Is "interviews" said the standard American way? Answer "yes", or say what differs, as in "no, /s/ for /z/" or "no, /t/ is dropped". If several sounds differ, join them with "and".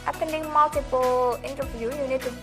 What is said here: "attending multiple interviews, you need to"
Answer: no, /z/ is dropped